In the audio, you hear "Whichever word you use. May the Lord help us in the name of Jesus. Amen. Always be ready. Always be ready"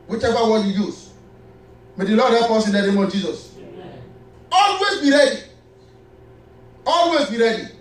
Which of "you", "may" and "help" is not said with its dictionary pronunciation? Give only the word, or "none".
help